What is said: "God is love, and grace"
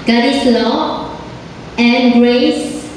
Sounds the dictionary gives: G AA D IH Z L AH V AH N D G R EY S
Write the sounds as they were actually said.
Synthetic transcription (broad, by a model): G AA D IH S L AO AH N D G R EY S